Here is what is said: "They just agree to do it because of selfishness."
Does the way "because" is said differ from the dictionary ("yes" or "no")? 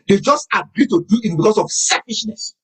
yes